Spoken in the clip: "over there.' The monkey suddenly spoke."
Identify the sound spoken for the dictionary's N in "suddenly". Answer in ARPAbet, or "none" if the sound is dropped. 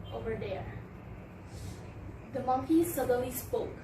none